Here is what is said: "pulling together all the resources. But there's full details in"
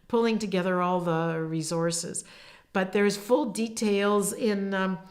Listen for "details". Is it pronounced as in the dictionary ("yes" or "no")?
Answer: yes